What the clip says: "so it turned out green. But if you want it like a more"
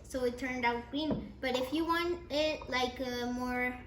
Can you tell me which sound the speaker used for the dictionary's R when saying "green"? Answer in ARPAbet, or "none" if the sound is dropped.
none